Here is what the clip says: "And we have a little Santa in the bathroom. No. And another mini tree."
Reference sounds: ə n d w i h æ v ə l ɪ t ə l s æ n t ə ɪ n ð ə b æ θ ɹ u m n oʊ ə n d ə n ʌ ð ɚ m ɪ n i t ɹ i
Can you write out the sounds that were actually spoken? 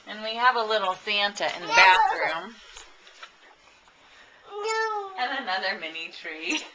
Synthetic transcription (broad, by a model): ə n w i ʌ v ə l ɪ t l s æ n t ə ɪ n ð ə b æ θ ɹ u m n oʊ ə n ə n ʌ ð ɚ m ɪ n i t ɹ i